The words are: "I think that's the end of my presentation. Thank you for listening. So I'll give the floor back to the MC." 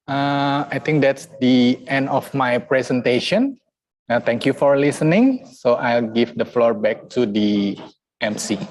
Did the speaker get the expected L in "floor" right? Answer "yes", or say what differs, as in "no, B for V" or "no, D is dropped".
yes